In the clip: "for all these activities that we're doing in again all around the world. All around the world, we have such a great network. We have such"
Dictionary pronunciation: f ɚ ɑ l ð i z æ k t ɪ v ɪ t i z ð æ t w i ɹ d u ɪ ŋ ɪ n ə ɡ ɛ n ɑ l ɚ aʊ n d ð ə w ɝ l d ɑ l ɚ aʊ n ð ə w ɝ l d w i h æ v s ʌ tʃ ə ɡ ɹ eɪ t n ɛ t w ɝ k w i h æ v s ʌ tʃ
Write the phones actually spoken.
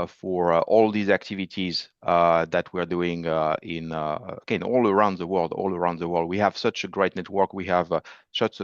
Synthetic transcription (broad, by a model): f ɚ ɑ l ð i z æ k t ɪ v ɪ t i z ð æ t w i ɹ d u ɪ ŋ ɪ n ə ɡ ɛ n ɑ l ɚ aʊ n d ð ə w ɝ l d ɑ l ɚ aʊ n ð ə w ɝ l d w i h æ v s ʌ tʃ ə ɡ ɹ eɪ t n ɛ t w ɝ k w i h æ v s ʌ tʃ